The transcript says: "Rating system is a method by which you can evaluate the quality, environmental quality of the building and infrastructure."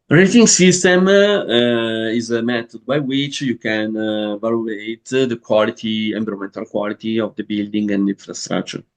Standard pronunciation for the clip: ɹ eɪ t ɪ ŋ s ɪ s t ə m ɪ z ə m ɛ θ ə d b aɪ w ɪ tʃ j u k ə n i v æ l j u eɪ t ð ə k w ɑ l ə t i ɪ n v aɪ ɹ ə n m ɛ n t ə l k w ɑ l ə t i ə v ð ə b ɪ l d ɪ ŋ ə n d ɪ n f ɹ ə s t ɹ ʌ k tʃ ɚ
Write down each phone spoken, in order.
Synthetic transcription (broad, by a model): ɹ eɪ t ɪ ŋ s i s t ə m ɪ z ə m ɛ t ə d b aɪ w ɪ tʃ j u k ə n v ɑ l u eɪ t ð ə k w ɑ l ə t i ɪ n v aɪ ɹ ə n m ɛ n t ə l k w ɑ l ə t i ə v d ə b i l d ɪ ŋ ə n d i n f ɹ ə s t ɹ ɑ k tʃ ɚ